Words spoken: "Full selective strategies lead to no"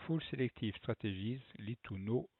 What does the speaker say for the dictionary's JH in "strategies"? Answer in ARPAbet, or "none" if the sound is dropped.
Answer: ZH